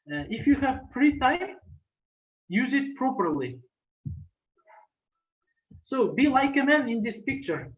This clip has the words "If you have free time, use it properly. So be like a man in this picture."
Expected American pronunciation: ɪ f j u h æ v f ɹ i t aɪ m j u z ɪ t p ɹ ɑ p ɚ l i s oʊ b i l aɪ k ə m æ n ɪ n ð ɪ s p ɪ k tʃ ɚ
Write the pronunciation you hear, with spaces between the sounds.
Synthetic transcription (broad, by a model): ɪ f j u h æ v p ɹ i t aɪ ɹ j u z ɪ t p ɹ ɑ p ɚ l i s oʊ b i l aɪ k ə m æ n ɪ n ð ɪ s p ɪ k tʃ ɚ